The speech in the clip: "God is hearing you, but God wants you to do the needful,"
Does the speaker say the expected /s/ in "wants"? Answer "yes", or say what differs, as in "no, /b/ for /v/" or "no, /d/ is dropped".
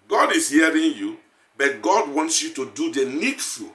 yes